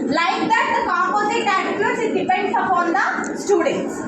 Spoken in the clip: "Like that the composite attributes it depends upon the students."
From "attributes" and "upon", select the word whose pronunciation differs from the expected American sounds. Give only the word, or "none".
attributes